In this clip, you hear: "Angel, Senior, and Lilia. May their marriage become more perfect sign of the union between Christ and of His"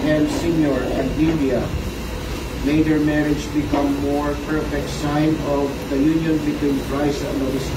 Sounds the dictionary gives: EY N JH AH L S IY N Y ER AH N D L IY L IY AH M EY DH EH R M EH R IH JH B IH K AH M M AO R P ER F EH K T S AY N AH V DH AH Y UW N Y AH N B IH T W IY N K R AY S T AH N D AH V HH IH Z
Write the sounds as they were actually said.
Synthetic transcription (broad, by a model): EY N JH S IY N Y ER AH N D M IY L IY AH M EY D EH R M EH R IH JH B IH K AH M M AO R P ER F EH K T S AY N AH V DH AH Y UW N Y AH N B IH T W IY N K R AY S AH N D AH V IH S